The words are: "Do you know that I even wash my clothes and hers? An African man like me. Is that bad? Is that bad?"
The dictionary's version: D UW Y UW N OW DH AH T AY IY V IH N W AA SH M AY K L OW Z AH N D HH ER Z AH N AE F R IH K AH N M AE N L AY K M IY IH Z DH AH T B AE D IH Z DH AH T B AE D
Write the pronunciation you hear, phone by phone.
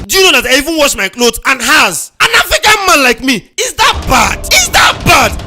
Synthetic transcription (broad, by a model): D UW Y UW N OW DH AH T AY IY V IH N W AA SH M AY K L OW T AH N HH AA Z AH N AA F IH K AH M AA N L AY K M IY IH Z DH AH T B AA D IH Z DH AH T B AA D